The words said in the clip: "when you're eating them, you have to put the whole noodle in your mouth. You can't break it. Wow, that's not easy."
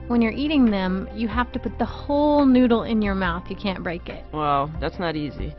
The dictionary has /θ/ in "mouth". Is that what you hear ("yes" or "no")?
yes